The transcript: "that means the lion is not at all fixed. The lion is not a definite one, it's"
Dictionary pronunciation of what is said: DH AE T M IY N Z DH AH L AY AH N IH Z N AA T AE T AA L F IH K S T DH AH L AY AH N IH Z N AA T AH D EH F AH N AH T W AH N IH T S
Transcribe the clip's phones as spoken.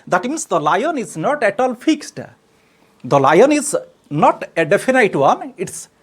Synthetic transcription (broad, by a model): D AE T M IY N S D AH L AY AH N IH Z N AA T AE T AA L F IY K S T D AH L AY AH N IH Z N AA T AH D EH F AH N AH T W AH N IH T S